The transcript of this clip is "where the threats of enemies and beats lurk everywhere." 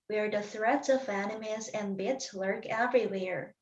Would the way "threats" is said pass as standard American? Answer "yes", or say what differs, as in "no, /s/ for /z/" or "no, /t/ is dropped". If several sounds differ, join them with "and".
yes